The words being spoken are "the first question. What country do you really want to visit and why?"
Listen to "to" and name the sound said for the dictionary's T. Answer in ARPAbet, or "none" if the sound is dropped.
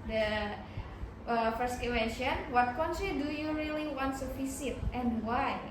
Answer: S